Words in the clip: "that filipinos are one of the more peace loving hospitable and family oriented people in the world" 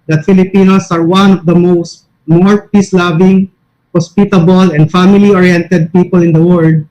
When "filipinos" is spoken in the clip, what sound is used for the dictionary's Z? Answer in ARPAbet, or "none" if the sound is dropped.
S